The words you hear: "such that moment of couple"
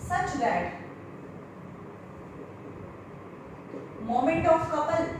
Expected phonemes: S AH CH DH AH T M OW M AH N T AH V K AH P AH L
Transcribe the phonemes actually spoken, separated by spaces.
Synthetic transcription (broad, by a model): S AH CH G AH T M OW M AH N T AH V K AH P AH L